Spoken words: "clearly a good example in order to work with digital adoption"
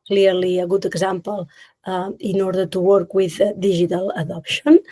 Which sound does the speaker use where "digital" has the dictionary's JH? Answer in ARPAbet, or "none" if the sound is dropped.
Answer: ZH